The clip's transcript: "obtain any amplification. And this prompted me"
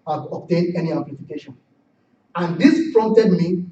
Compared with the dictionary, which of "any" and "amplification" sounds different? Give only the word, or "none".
amplification